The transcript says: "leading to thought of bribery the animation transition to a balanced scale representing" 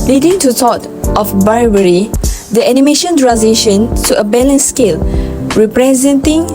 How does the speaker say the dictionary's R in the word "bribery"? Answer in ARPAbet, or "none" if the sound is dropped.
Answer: none